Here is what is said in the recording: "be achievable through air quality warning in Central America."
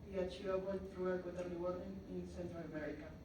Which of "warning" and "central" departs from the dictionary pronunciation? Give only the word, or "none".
warning